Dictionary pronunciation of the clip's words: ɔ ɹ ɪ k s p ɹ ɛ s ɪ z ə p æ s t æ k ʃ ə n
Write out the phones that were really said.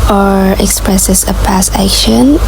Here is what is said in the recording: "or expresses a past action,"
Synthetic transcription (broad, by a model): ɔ ɹ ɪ k s p ɹ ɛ s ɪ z ə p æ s æ k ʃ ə n